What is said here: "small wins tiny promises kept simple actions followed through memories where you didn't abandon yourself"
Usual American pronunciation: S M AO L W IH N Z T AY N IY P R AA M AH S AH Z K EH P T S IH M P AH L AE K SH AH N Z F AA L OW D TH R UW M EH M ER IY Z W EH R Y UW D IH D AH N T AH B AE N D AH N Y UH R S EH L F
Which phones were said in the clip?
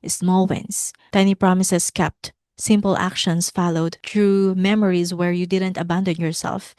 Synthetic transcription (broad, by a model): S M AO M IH N S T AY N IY P R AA M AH S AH S K EH P T S IH M P AH L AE K SH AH N S F AA L OW D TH R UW M EH M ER IY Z W EH R Y UW D IH D AH N T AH B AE N D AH N Y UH R S EH L F